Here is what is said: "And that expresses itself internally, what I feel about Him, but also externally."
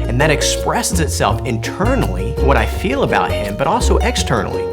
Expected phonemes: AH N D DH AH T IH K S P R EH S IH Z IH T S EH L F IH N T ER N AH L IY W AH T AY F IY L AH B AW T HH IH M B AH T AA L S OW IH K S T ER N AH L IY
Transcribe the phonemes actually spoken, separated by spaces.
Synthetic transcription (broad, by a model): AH N DH AH T IH K S P R EH S IH Z IH T S EH L F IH N T ER N L IY W AH T AY F IY L AH B AW T HH IH M B AH T AA L S OW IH K S T ER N L IY